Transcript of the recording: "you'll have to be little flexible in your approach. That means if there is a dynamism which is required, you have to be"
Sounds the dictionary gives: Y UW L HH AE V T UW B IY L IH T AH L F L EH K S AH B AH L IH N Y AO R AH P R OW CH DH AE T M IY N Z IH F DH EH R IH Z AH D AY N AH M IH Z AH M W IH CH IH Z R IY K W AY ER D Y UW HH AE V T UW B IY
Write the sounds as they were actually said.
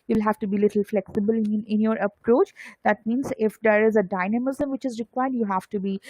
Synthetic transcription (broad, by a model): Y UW L HH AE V T UW B IY L IH T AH L F L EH K S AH B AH L IH N Y AO R AH P R OW CH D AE T M IY N Z IH F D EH R IH Z AH D AY N AH M IH Z AH M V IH CH IH Z R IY K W AY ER D Y UW HH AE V T UW B IY